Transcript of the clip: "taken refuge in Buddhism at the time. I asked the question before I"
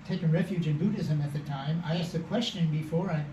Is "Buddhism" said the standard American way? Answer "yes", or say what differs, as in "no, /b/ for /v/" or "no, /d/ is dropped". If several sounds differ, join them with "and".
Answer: yes